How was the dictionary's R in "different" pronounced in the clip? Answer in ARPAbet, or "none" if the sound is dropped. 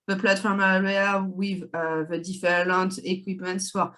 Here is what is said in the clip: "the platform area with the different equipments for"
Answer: L